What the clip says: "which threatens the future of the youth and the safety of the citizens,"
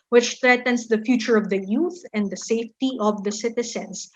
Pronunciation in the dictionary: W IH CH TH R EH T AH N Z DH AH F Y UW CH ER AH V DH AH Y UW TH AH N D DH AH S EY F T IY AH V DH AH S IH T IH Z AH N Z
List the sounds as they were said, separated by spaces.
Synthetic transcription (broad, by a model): W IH CH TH R EH T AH N S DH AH F Y UW CH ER AH V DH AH Y UW TH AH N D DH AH S EY F T IY AH V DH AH S IH T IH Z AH N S